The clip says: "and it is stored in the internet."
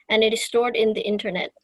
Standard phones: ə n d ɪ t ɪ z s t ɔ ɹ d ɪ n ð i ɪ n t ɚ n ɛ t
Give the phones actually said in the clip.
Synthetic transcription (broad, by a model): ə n ɪ t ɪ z s t ɔ ɹ d ɪ n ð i ɪ n t ɚ n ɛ t